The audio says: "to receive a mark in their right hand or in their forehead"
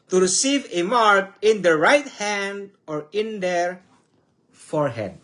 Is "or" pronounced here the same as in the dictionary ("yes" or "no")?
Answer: yes